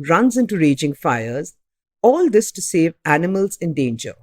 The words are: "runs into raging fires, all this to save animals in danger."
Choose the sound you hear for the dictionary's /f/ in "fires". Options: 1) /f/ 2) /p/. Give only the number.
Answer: 1